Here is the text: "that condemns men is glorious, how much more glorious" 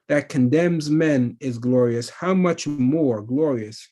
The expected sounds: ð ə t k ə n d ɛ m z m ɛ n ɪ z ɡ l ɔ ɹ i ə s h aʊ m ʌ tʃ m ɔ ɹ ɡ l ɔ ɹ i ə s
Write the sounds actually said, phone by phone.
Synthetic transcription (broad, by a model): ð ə t k ə n d ɛ m z m ɛ n ɪ z ɡ l ɔ ɹ i ə s h aʊ m ʌ tʃ m ɔ ɹ ɡ l ɔ ɹ i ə s